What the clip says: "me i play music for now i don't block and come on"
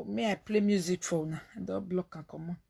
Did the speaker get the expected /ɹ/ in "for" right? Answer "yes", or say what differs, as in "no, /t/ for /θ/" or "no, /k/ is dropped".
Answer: no, /w/ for /ɹ/